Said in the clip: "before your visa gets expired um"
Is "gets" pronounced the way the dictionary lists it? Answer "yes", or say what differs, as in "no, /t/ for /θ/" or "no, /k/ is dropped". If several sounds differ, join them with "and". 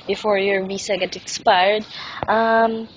no, /s/ is dropped